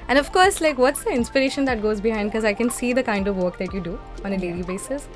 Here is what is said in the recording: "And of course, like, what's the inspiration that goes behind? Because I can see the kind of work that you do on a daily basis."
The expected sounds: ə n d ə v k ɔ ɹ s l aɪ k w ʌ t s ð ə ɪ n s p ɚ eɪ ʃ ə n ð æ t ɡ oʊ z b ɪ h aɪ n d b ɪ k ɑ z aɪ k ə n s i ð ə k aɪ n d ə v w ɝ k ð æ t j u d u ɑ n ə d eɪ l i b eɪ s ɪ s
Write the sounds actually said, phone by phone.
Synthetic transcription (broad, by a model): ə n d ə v k ɔ ɹ s l aɪ k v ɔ t s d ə ɪ n s p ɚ eɪ ʃ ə n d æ t ɡ oʊ z b ɪ h aɪ n d k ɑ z aɪ k ə n s i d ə k aɪ n d ə v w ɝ k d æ t j u d u ɑ n ə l eɪ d i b eɪ s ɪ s